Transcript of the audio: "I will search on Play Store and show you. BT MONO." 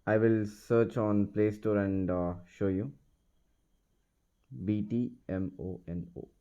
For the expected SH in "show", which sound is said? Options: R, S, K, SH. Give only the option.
SH